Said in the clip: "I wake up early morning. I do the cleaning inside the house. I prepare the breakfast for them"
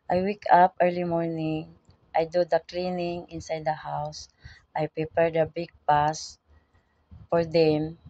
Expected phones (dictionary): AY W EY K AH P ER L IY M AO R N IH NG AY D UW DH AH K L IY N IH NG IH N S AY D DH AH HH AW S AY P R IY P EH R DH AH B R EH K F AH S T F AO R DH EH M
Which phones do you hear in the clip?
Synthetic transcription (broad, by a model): AY W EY K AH P ER L IY M AO R N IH NG AY D UW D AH K L IY N IH NG IH N S AY D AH HH AW S AY P R IY P EH R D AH B IH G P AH S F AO R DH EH M